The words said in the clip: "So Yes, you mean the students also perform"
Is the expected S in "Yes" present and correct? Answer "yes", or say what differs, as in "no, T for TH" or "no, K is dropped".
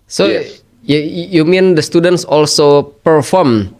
no, S is dropped